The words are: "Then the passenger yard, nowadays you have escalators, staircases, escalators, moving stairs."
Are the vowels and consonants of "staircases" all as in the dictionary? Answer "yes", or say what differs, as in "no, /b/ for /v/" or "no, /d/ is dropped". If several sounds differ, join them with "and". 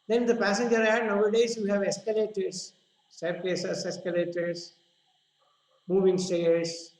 no, /s/ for /t/